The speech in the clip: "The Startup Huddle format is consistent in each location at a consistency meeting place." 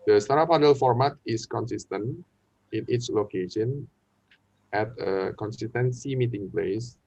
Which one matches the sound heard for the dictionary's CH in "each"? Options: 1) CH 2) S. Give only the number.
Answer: 2